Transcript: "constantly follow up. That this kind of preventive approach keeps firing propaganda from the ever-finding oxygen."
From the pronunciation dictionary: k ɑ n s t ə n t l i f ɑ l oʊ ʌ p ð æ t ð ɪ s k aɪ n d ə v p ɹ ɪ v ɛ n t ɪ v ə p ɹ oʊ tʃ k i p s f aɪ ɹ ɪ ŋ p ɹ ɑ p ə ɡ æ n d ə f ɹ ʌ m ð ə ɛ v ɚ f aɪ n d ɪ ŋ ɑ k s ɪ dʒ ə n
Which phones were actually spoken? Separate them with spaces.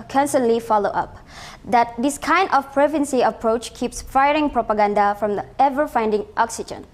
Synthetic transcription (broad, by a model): k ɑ n s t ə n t l i f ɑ l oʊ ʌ p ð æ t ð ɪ s k aɪ n d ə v p ɹ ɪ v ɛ n s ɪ ə p ɹ oʊ tʃ k i p s f aɪ ɹ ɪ ŋ p ɹ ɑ p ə ɡ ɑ n d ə f ɹ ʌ m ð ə ɛ v ɚ f aɪ n d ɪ ŋ ɑ k s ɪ dʒ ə n